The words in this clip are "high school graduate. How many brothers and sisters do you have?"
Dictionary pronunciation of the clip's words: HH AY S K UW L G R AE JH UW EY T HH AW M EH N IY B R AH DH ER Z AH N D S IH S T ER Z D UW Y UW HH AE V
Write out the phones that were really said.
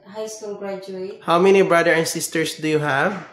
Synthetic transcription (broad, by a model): HH AY S K UW L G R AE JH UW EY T HH AW M EH N IY B R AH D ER AH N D S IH S T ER S D UW Y UW HH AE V